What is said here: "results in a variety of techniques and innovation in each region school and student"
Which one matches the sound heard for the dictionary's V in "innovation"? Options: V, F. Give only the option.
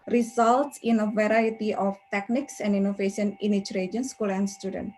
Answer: F